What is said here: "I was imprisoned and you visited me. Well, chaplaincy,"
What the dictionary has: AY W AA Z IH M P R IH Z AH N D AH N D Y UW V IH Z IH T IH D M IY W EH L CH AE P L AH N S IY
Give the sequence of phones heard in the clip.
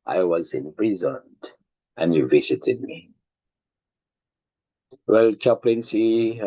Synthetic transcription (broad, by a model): AY W AA Z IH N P R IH Z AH N AH N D Y UW V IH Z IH T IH D M IY W EH L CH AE P L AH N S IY